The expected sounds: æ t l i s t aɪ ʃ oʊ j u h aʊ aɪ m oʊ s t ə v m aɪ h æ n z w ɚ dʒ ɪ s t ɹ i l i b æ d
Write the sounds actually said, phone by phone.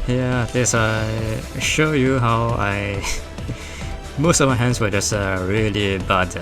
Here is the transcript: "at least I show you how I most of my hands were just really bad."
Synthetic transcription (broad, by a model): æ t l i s aɪ ʃ oʊ j u h aʊ aɪ m oʊ s t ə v m aɪ h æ n s w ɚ dʒ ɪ s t ɹ i l i b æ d